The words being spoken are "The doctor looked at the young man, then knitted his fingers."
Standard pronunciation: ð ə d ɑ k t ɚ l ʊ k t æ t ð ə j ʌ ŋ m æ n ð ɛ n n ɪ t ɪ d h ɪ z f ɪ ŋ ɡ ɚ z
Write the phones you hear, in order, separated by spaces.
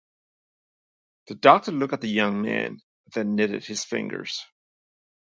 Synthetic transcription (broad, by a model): ð ə d ɑ k t ɚ l ʊ k ɪ t ð ə j ʌ ŋ m æ n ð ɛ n n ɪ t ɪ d h ɪ z f ɪ ŋ ɡ ɚ z